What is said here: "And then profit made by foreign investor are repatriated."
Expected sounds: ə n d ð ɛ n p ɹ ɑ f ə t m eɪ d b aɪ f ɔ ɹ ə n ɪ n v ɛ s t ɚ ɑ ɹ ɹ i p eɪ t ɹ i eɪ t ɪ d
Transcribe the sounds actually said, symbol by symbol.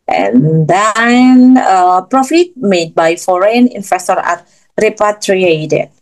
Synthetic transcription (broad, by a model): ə n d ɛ n p ɹ ɑ f ə t m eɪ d b aɪ f ɔ ɹ ə n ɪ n f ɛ s t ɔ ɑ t ɹ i p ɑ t ɹ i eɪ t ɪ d